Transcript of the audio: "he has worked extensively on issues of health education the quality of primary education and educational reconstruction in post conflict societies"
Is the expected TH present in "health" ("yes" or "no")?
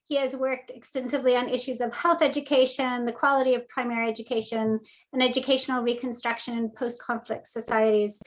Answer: yes